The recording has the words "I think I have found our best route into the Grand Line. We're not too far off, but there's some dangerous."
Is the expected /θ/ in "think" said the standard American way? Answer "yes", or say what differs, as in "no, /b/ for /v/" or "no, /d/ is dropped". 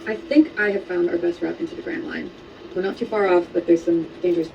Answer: yes